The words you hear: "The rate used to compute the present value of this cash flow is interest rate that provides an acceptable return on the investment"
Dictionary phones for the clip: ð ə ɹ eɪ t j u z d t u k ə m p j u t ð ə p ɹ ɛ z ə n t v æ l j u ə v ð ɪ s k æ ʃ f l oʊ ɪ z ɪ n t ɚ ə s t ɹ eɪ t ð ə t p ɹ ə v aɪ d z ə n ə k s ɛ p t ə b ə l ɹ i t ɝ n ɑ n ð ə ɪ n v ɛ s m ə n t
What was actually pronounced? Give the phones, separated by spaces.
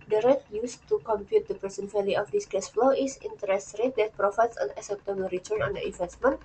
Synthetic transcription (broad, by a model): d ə ɹ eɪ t j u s t u k ə m p j u t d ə p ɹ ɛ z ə n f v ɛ l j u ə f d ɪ s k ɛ s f l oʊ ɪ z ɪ n t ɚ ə s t ɹ eɪ t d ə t p ɹ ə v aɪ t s ə n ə s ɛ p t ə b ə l ɹ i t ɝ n ɑ n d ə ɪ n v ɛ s m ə n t